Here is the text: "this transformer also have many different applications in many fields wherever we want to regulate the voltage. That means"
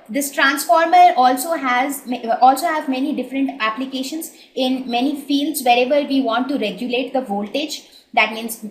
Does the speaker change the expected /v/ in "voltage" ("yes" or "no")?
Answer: no